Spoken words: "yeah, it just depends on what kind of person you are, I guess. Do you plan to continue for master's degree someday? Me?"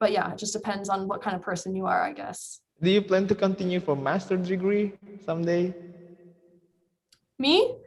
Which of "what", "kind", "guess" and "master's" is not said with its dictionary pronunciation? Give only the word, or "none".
master's